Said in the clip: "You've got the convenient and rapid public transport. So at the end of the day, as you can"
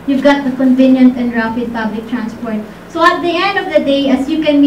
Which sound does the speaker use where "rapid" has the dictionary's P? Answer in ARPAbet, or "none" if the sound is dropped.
F